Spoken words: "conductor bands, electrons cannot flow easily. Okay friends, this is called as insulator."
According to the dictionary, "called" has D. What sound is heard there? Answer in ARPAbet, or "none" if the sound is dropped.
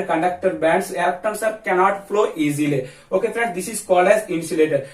none